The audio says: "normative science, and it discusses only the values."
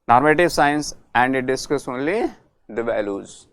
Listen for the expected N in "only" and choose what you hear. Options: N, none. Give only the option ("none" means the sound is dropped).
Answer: N